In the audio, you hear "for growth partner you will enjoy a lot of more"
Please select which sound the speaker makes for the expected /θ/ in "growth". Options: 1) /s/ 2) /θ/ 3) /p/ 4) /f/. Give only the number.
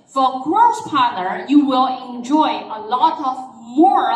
1